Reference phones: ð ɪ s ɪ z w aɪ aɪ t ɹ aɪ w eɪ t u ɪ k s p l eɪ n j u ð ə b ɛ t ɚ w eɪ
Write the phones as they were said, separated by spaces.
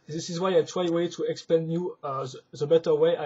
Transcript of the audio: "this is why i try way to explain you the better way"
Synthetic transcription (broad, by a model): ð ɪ s ɪ z w aɪ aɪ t w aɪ w eɪ t u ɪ k s p eɪ n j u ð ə b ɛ t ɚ w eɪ